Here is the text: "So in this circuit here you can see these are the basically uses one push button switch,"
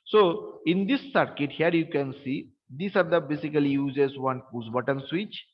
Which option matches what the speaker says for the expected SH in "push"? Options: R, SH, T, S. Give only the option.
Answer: S